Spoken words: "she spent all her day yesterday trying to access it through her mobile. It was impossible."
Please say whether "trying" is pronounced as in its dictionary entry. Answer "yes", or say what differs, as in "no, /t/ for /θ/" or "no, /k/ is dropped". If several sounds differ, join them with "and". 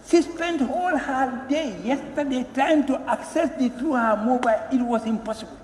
no, /ɹ/ is dropped